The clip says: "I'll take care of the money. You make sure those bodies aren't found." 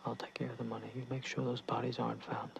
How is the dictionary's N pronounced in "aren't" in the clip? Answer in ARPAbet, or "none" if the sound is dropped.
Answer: N